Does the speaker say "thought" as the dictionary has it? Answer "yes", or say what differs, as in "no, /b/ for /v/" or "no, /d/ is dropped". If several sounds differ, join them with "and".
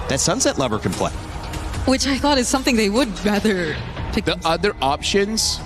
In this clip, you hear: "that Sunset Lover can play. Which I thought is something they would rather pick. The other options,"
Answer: yes